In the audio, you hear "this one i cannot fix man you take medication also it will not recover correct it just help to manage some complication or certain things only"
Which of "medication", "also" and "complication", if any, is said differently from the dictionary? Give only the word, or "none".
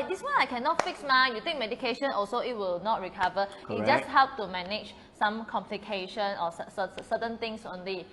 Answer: none